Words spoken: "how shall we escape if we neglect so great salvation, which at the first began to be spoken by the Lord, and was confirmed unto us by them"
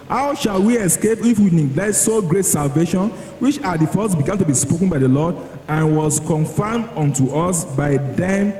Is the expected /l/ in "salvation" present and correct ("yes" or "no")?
yes